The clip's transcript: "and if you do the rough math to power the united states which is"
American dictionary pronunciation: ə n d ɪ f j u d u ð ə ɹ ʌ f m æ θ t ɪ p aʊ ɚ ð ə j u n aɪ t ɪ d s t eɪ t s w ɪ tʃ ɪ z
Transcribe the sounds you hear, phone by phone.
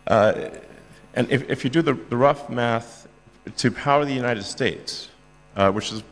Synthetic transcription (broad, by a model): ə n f ɪ f j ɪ d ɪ ð ə ɹ ʌ f m æ θ t ɪ p aʊ ɚ ð ə j u n aɪ t ɪ d s t eɪ t s w ɪ tʃ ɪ z